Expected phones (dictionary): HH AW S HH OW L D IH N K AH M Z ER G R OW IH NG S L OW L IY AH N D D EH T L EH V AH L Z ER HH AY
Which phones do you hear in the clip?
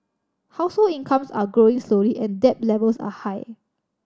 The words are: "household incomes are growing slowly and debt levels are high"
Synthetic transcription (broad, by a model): HH AW S HH OW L IH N K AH M S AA G R OW IH NG S L OW L IY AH N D D EH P L EH V AH L S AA HH AY